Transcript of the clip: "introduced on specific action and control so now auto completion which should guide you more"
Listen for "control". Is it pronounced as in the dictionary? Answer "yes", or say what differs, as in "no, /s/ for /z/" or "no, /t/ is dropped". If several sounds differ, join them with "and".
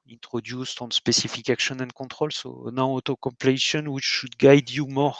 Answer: no, /n/ is dropped